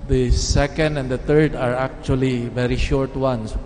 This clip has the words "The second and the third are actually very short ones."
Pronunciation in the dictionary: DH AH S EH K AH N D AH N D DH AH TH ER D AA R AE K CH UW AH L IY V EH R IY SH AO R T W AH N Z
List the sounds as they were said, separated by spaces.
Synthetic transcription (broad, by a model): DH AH S EH K AH N D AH N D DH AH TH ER D AA R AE K CH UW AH L IY V EH R IY SH AO R T W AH N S